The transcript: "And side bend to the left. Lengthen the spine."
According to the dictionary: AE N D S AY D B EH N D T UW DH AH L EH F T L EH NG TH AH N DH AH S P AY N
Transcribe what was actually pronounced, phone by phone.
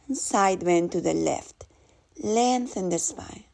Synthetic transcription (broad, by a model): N S AY D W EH N T UW DH AH L EH F T L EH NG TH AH N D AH S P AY